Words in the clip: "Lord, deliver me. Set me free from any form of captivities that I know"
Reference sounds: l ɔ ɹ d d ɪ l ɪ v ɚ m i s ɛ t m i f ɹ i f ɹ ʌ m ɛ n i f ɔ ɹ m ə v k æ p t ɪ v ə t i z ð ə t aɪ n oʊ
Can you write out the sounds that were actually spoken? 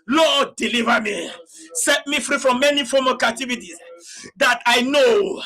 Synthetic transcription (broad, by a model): l ɔ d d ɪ l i v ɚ m i s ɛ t m i f ɹ i f ɹ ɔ m ɛ n i f ɔ m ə k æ t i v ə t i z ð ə t aɪ n oʊ